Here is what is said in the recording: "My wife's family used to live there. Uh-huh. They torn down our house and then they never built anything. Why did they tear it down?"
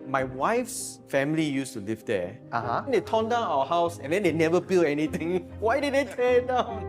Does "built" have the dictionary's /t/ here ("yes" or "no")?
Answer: no